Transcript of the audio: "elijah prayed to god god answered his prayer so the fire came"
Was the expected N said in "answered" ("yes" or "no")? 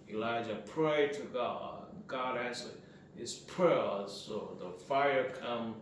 no